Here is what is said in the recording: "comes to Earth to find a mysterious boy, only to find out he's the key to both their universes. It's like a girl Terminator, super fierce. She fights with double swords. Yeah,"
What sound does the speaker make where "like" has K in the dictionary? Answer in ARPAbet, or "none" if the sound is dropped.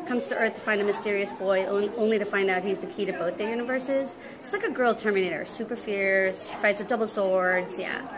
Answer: K